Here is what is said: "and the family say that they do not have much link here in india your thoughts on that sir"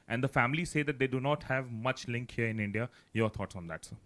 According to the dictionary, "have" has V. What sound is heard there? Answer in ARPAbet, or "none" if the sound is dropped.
V